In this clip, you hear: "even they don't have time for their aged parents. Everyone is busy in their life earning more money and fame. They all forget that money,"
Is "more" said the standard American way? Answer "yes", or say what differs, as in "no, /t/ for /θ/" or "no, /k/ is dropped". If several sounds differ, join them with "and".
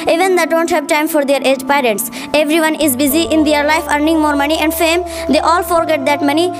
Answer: yes